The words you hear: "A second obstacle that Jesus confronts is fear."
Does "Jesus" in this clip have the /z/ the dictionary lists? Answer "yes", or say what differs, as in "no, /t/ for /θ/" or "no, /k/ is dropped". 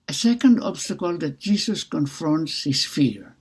no, /s/ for /z/